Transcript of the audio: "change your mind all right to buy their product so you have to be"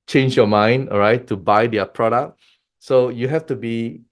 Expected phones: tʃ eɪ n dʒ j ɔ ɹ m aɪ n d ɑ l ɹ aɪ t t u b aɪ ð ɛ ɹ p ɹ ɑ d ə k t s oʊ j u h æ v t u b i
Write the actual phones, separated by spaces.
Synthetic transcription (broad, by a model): tʃ eɪ n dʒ j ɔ m aɪ n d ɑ ɹ aɪ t t u b aɪ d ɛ p ɹ ɑ d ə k s oʊ j u h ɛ f t u b i